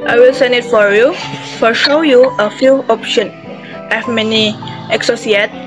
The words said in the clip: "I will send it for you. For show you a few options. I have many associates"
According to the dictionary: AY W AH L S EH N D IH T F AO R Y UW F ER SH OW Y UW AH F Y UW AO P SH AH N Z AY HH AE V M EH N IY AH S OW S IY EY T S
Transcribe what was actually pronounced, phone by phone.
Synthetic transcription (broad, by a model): AY W AH L S EH N D IH T F AO R Y UW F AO SH OW Y UW AH F Y UW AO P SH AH N AY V M EH N IY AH S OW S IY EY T